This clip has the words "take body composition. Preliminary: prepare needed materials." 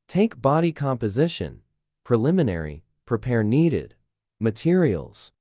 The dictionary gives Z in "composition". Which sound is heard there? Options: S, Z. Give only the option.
Z